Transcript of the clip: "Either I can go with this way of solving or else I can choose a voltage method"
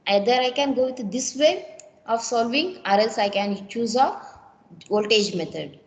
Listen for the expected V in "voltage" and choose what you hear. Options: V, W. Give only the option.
W